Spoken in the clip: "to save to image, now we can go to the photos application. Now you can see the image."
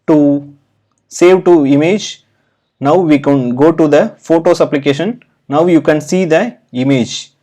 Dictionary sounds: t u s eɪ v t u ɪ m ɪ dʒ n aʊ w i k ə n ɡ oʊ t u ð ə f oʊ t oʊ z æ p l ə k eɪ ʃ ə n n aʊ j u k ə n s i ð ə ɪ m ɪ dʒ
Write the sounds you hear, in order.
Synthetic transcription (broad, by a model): t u s eɪ v t u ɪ m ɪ dʒ n aʊ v i k ə n ɡ oʊ t u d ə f oʊ t oʊ s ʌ p l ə k eɪ ʃ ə n n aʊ j u k ə n s i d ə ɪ m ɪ dʒ